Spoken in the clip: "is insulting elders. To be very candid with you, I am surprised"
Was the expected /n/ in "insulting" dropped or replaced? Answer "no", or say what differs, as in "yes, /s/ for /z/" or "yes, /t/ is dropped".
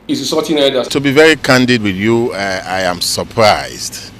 yes, /n/ is dropped